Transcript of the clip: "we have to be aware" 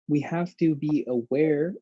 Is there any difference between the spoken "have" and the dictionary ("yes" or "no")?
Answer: yes